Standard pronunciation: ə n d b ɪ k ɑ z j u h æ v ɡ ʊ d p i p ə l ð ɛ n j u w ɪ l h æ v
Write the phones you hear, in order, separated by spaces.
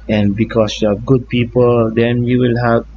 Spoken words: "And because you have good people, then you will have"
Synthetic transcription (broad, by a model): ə n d b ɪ k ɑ s j u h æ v ɡ ʊ d p i p ə l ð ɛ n j u w ɪ l h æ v